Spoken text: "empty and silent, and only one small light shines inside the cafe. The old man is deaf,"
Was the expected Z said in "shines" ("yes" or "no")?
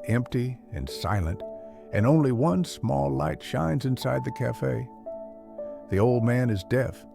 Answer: yes